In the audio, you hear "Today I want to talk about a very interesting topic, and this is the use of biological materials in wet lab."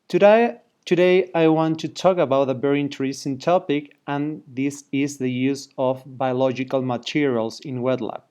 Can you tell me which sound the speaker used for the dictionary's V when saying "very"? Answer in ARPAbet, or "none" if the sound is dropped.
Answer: B